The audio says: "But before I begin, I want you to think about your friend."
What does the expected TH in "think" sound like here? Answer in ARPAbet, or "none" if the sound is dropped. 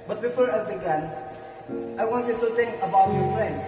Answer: T